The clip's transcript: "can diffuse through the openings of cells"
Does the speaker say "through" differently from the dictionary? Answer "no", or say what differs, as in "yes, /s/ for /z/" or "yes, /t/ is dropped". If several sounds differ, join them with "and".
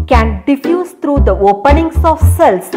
yes, /t/ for /θ/